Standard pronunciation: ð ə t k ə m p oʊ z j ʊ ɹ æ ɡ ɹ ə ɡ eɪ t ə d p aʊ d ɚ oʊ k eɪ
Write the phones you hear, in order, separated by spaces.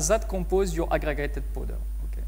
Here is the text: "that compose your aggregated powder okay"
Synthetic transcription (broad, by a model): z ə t k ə p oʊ z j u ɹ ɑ ɡ ɹ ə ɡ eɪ t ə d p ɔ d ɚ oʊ k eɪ